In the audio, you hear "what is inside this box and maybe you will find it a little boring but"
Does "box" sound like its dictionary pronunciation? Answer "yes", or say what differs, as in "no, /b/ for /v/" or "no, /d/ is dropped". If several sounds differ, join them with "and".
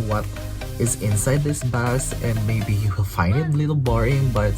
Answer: no, /k/ is dropped